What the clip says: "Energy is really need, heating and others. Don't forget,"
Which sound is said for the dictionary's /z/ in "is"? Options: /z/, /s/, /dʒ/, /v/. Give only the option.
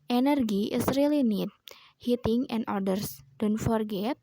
/s/